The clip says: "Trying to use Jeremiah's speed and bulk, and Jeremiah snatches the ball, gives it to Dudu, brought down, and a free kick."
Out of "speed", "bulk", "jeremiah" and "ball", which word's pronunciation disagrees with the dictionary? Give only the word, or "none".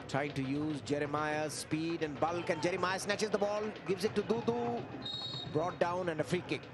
none